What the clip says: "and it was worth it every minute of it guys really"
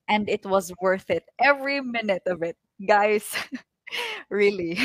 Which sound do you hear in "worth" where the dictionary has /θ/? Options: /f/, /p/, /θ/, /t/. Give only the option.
/θ/